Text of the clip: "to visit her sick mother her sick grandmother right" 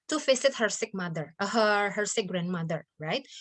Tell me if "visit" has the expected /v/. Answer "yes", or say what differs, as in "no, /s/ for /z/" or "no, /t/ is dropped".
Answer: no, /f/ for /v/